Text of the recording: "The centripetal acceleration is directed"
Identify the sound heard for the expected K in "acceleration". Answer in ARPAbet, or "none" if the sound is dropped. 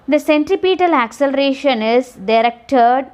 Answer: K